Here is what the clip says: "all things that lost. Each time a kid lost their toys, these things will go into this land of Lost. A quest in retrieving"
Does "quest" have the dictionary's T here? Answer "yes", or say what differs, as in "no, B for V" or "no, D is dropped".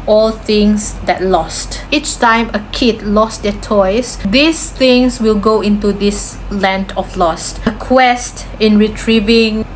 yes